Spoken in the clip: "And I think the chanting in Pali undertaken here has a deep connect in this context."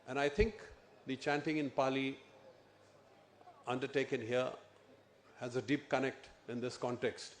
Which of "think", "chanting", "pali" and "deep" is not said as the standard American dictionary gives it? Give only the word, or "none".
think